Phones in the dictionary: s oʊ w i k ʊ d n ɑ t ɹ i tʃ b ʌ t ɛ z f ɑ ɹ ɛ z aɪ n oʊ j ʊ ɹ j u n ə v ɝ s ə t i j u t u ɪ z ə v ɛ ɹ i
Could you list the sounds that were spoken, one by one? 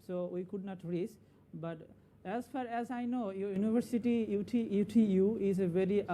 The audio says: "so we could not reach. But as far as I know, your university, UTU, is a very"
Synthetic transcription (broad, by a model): s oʊ w i k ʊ d n ɑ t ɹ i s b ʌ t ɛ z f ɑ ɹ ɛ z aɪ n oʊ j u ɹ j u n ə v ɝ s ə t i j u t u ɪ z ə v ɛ ɹ i